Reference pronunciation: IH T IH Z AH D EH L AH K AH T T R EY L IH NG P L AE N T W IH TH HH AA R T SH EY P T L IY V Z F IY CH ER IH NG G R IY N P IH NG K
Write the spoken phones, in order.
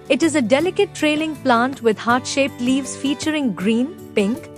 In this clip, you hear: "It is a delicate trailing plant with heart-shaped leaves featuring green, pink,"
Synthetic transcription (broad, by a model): IH T IH Z AH D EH L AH K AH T T R EY L IH NG P L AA N T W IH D HH AA R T SH EY P T L IY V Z F IY CH ER IH NG G R IY N P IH NG K